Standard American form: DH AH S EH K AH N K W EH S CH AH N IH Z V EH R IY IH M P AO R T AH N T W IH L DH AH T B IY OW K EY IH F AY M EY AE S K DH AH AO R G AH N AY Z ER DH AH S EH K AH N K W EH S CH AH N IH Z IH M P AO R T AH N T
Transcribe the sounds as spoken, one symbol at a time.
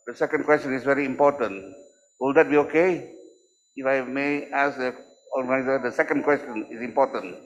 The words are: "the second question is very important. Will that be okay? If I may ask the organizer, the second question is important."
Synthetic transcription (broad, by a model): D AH S EH K AH N K W EH S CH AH N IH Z V EH R IY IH M P AO T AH N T W IH L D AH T B IY OW K EY IH F AY M EY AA S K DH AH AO L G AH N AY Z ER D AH S EH K AH N K W EH S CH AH N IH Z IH M P AO T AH N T